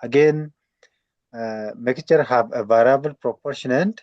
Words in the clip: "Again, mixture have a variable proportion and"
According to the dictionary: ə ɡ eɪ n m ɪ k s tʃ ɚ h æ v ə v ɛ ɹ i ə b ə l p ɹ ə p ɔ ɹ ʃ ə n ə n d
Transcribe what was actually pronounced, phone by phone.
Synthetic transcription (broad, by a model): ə ɡ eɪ n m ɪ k tʃ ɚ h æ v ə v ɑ ɹ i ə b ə l p ɹ ə p ɔ ɹ ʃ ə n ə n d